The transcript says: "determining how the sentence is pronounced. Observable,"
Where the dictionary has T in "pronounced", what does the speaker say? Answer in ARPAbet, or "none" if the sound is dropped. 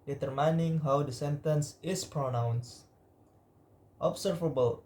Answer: T